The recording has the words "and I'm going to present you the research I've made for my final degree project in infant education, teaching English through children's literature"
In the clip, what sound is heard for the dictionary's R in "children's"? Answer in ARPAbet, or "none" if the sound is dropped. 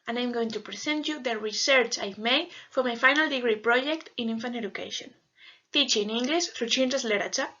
none